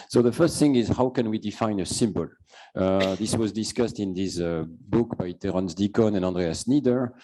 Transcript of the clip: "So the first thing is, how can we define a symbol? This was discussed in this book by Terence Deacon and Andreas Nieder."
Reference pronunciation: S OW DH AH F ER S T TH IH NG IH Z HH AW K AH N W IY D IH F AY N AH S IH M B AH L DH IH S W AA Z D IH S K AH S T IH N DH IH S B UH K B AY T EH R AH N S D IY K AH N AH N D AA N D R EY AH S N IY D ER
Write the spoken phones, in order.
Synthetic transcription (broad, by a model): S OW DH AH F ER S T TH IH NG IH Z HH AW K AH N W IY D IH F AY N AH S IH M B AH L DH IH S W AA Z D IH S K AH S T IH N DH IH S B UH K B AY T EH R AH N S D IY K AH N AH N AA N D R EY AH S N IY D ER